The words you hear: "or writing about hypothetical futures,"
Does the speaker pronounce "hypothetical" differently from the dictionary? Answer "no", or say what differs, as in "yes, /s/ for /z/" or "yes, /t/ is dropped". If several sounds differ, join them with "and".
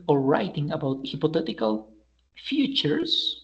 yes, /t/ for /θ/